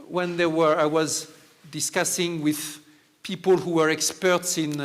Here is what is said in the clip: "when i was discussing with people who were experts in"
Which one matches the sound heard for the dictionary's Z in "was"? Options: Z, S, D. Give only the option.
Z